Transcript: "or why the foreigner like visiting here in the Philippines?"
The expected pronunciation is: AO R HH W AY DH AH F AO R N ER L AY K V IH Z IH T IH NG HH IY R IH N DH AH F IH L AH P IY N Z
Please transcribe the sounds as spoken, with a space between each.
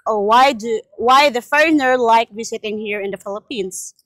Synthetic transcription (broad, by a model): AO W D W AY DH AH F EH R N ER L AY K W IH S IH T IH NG HH IY R IH N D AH F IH L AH P IY N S